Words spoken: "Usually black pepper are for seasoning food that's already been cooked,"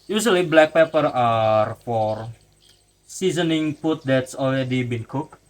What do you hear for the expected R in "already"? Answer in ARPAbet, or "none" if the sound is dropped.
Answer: L